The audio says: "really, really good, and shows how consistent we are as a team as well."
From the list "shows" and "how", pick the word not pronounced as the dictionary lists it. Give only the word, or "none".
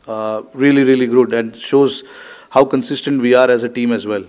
none